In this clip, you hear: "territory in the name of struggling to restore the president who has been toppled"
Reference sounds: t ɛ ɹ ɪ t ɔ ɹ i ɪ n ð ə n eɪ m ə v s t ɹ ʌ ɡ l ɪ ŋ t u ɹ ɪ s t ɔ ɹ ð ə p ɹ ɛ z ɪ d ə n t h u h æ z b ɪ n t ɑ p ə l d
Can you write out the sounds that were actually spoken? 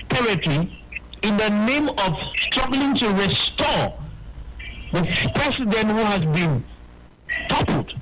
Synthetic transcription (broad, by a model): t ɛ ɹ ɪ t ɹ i ɪ n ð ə n eɪ m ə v s t ɹ ʌ ɡ l ɪ ŋ t u ɹ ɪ s t ɔ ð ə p ɹ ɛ s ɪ d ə n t h u h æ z b ɪ n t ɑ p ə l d